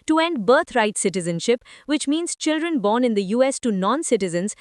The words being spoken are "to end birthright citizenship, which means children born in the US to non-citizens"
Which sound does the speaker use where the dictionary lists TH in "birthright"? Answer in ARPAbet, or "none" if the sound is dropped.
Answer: T